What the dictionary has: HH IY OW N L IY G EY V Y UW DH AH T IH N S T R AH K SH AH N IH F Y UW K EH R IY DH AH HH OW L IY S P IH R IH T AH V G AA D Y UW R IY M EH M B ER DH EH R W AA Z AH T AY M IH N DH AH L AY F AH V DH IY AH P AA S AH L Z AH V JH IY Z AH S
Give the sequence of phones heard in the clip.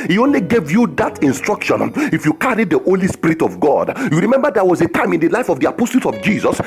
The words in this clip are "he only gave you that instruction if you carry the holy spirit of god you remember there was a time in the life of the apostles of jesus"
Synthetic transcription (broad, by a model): HH IY OW N L IY G EY V Y UW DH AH T IH N S T R AH K SH AH N IH F Y UW K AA R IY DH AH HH OW L IY S P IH R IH T AH V G AA D Y UW R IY M EH M B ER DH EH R W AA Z AH T AY M IH N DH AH L AY F AH V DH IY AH P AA S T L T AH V JH IY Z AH S